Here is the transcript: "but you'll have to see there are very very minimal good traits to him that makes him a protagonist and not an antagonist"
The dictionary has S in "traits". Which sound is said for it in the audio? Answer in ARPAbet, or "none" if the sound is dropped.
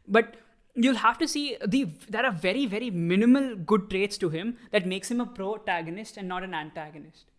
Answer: S